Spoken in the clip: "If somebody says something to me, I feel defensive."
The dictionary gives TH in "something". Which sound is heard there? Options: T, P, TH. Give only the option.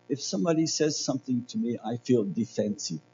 TH